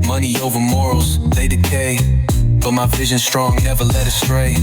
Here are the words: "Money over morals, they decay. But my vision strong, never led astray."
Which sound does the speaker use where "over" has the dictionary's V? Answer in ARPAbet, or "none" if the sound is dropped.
V